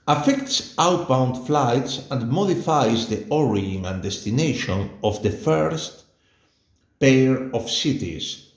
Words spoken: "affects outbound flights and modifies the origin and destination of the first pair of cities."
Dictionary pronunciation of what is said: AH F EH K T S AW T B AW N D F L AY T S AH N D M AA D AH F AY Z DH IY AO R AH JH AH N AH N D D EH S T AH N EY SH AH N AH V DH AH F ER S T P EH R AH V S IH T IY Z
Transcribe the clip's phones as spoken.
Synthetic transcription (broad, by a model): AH F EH K T S AW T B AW N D F L AY T S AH N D M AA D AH F AY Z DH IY AO R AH AH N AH N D D EH S T AH N EY SH AH N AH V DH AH F ER S T P EH R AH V S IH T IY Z